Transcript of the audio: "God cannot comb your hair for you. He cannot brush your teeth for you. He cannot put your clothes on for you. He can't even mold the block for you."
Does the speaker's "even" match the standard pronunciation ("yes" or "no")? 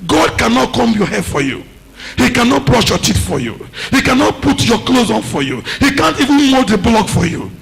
yes